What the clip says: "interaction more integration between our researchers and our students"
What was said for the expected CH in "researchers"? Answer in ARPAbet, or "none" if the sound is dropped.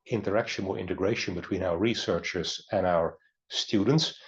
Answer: CH